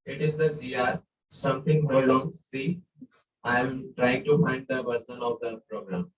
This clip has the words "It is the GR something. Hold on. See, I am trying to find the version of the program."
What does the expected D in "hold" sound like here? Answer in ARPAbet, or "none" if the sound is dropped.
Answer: none